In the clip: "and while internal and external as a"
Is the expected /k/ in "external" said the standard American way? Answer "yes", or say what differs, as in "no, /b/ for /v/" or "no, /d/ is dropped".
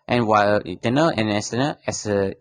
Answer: no, /k/ is dropped